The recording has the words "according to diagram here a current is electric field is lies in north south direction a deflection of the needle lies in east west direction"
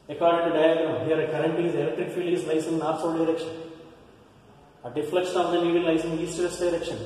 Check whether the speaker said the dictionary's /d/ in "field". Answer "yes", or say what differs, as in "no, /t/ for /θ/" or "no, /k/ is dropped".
no, /d/ is dropped